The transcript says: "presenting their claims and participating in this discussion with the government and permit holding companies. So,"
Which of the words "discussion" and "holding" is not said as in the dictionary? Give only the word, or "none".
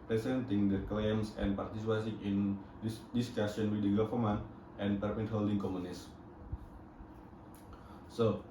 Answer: discussion